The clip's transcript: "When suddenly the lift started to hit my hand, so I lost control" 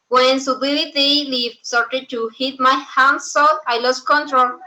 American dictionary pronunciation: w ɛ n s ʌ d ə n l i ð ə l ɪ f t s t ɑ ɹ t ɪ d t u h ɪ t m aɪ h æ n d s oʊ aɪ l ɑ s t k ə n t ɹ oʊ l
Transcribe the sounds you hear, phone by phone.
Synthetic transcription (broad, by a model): w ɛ n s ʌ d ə l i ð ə l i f s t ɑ ɹ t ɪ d t u h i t m aɪ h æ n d s oʊ aɪ l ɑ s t k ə n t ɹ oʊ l